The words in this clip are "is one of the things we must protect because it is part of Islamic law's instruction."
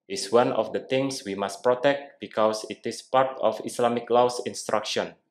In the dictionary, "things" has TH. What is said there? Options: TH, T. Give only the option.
T